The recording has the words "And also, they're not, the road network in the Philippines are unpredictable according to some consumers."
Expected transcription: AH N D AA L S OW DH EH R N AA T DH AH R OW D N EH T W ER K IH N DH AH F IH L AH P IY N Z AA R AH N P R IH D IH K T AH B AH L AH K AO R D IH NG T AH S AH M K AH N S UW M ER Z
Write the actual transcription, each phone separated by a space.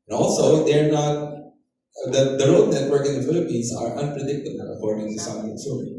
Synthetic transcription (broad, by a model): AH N AA L S OW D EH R N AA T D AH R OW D N EH T W ER K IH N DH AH F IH L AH P IY N S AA R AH N P R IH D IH K T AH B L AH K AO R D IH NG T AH S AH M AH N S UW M